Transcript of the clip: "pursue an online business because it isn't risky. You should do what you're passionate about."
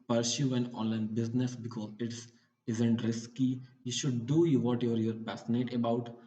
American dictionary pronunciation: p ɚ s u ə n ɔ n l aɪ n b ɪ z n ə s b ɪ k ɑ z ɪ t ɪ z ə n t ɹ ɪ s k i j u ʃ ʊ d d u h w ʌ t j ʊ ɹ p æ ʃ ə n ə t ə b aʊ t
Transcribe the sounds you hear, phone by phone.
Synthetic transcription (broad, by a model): p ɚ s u ə n ɔ n l aɪ n b ɪ z n ə s b ɪ k ɑ z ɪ t ɪ z ə n t ɹ ɪ s k i j u ʃ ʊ d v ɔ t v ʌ t j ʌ ɹ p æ s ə n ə t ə b aʊ t